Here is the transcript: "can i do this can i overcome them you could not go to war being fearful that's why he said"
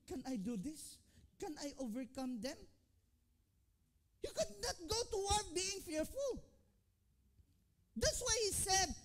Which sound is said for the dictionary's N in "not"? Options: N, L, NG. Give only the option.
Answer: N